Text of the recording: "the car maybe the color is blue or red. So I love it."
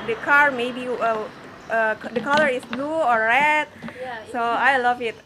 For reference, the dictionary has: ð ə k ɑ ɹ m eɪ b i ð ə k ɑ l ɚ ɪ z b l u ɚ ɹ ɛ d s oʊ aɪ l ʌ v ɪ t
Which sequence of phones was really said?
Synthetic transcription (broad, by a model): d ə k ɑ ɹ m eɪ b i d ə k ɑ l ɚ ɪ s b l u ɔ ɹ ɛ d s oʊ aɪ l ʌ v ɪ t